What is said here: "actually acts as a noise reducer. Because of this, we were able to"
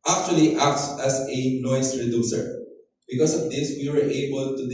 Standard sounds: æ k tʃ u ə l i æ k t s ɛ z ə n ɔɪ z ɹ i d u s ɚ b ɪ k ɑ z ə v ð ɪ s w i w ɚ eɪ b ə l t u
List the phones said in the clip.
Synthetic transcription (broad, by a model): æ k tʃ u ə l i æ k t s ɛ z ə n ɔɪ s ɹ i d u s ɚ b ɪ k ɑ s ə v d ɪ s w i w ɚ eɪ b ə l t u